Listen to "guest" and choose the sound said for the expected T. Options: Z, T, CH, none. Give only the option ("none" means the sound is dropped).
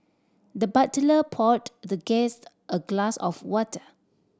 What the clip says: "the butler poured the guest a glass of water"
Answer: T